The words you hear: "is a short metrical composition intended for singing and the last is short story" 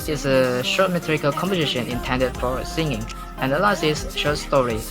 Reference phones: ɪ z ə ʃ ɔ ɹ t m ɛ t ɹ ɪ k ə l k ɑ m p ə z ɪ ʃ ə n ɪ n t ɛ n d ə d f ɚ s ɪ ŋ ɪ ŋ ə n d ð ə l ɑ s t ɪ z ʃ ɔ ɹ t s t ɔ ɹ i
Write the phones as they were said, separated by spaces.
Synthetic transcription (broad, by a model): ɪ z ə ʃ ɔ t m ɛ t ɹ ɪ k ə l k ɑ m p ə z ɪ ʃ ə n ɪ n t ɛ n d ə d f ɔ s ɪ ŋ ɪ ŋ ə n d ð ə l ɑ s t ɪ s ʃ ɔ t s t ɔ ɹ i